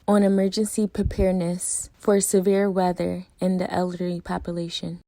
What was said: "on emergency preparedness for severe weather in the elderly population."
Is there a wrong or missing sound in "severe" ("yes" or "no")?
no